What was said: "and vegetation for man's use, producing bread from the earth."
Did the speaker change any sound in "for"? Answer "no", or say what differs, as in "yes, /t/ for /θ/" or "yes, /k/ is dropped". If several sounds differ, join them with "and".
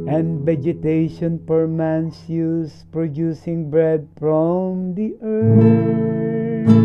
yes, /p/ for /f/